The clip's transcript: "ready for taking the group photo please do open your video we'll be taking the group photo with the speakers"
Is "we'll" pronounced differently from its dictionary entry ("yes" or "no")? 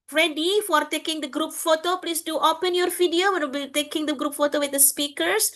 yes